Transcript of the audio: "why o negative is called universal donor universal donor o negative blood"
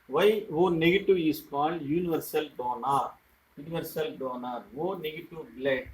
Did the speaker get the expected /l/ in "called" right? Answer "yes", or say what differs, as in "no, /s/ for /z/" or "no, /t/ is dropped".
no, /n/ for /l/